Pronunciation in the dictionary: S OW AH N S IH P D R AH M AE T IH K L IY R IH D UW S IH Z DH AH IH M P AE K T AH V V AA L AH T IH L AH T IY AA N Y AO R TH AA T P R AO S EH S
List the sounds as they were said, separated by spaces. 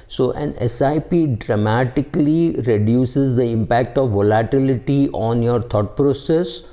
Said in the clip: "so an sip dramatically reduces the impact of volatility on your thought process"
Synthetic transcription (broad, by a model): S OW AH N S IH P D R AH M AE T IH K L IY R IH D UW S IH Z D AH IH M P AE K T AH V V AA L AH T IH L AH T IY AA N Y AO R T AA T P R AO S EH S